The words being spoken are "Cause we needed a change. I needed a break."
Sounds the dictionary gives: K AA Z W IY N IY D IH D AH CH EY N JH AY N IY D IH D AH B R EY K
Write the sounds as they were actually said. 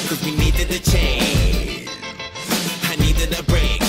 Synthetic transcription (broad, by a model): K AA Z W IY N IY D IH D AH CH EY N AY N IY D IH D AH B R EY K